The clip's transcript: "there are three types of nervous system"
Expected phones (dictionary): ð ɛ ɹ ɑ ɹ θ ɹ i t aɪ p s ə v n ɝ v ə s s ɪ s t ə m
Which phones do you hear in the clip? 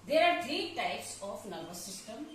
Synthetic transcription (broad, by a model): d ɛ ɹ ɑ ɹ t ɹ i t aɪ p s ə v n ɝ b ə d s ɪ s t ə m